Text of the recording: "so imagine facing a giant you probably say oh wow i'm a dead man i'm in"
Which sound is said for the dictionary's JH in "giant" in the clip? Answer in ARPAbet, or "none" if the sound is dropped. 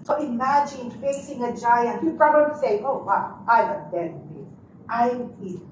JH